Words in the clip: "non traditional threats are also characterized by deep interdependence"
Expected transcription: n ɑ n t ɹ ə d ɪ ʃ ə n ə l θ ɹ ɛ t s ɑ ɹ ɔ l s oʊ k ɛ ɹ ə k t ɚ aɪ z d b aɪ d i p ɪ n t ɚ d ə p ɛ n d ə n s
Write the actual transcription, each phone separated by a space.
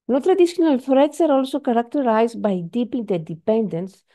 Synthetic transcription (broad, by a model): n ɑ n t ɹ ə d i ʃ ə n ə l f ɹ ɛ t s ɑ ɹ ɔ l s oʊ k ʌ ɹ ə k t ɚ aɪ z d b aɪ d i p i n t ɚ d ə p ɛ n d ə n s